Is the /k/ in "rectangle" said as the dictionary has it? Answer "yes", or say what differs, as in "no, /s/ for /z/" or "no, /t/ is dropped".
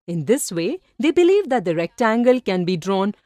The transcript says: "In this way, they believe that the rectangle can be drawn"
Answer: yes